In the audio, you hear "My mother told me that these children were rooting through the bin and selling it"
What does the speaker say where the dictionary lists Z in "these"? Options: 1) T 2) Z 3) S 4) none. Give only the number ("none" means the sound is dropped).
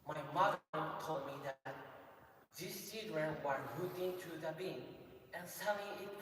3